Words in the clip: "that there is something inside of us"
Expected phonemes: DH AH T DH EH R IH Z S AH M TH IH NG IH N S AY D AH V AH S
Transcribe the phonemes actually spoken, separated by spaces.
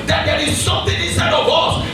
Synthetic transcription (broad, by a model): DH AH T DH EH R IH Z S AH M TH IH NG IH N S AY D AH W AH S